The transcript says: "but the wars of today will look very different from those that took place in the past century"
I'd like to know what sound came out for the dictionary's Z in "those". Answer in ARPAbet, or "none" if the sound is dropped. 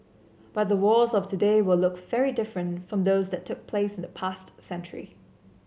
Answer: Z